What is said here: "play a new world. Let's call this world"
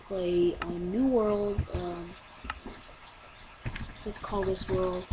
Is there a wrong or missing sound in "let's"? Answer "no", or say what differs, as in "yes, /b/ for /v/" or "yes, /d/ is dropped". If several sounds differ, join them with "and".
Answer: yes, /w/ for /l/